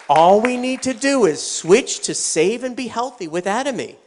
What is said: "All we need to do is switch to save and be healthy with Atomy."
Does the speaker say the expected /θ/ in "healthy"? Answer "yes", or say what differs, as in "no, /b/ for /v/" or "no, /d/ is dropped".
yes